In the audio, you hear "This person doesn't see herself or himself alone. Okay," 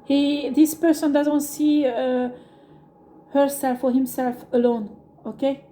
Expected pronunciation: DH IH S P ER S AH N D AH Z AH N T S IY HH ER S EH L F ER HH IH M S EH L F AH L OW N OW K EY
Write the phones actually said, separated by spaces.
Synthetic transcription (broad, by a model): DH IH S P ER S AH N D AH Z AH N T S IY HH ER S EH L F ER HH IH M S EH L F AH L OW N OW K EY